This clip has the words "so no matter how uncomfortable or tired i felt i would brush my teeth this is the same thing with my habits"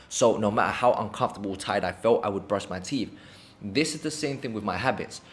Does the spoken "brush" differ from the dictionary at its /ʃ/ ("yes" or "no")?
yes